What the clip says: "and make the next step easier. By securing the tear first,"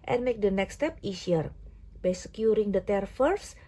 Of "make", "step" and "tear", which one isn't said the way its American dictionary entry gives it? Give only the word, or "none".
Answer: none